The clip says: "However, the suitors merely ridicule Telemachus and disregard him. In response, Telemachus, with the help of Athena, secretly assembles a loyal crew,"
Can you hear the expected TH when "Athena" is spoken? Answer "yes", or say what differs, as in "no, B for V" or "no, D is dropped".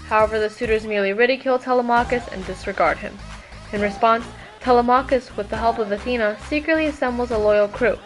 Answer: yes